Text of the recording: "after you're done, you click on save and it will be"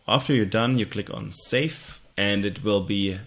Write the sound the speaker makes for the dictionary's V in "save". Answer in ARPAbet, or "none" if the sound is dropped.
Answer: F